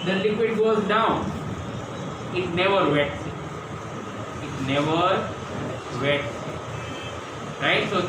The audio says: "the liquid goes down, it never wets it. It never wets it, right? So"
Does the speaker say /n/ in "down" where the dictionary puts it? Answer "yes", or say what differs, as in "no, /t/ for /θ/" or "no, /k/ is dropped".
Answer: no, /n/ is dropped